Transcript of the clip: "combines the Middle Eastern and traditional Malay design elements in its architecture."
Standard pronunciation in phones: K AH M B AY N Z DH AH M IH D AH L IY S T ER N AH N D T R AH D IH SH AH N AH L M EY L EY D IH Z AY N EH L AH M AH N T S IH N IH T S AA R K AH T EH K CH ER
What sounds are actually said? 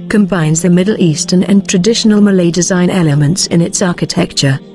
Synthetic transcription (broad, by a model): K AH M B AY N Z DH AH M IH D L IY S T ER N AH N T R AH D IH SH AH N AH L M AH L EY D IH Z AY N EH L AH M AH N T S IH N IH T S AA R K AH T EH K CH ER